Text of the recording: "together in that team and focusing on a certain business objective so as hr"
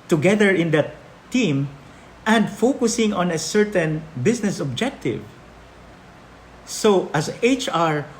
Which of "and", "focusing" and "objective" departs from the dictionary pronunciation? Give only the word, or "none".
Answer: none